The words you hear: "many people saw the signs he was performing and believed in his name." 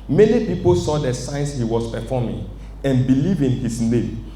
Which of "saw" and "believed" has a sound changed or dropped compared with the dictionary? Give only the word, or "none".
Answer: believed